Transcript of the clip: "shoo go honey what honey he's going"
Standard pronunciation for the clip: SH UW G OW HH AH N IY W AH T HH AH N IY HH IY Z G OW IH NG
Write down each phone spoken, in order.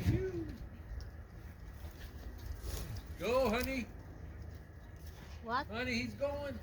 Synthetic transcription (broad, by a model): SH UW G OW HH AH N IY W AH HH AH N IY HH IY Z G OW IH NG